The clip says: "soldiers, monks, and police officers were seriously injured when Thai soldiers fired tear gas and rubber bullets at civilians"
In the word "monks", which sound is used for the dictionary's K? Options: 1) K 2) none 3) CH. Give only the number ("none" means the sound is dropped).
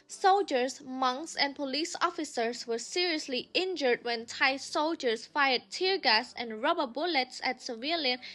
1